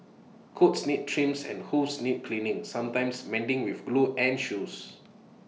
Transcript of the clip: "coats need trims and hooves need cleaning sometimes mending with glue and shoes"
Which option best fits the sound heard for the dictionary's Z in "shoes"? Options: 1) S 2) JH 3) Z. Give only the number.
1